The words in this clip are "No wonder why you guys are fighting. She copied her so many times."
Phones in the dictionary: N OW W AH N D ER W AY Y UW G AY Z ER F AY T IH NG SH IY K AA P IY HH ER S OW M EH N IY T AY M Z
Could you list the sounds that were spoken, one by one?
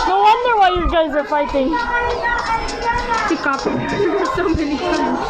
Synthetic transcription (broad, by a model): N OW W AH N D ER W AY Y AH G AY Z ER F AY T IH NG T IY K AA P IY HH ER S OW M EH N IY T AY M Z